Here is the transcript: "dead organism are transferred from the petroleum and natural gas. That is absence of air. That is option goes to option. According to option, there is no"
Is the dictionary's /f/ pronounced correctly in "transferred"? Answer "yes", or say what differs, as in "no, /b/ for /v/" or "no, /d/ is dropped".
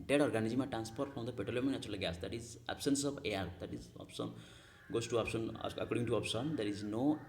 no, /p/ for /f/